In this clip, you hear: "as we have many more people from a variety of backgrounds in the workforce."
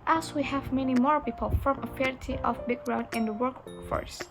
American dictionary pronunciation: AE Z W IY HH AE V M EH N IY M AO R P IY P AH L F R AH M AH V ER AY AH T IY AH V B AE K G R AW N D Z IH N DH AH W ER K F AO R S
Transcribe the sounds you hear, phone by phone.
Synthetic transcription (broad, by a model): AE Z W IY HH AE V M EH N IY M AO R P IY P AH L F R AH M AH F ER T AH T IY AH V B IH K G R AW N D IH N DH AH W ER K F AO R S